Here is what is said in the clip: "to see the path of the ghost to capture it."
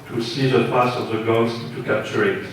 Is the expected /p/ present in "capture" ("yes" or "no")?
yes